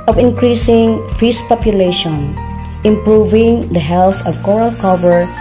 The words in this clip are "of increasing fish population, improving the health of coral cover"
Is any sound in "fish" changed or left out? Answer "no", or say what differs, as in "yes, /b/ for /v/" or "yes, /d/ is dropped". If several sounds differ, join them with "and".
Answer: yes, /s/ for /ʃ/